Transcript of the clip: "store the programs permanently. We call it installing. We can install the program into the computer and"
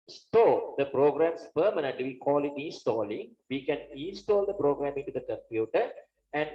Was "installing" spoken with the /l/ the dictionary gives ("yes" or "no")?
yes